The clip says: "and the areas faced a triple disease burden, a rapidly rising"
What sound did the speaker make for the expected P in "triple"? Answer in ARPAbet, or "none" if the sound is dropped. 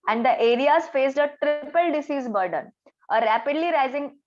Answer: P